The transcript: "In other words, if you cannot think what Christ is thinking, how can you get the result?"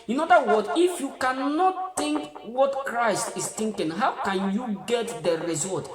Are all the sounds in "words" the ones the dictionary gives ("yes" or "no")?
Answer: no